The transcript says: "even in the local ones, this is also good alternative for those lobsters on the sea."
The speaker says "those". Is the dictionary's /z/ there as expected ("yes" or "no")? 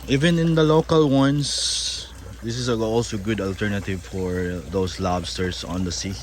no